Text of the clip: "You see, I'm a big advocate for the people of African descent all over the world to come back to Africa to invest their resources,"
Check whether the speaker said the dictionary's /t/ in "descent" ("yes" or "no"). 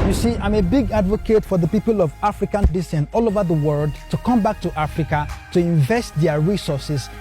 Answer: no